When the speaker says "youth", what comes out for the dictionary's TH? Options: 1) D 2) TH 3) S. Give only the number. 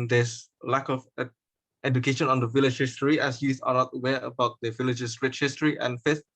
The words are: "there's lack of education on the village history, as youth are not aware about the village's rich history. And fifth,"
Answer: 3